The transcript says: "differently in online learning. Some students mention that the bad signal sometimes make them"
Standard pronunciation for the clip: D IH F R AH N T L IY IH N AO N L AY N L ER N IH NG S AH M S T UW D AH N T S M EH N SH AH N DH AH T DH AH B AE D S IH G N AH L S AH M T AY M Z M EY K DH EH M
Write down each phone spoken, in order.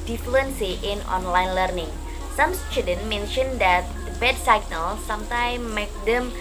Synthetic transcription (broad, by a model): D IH F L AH N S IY IH N AO N L AY N L ER N IH NG S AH M S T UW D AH N M EH N SH AH N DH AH T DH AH B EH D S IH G N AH L S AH M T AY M M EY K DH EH M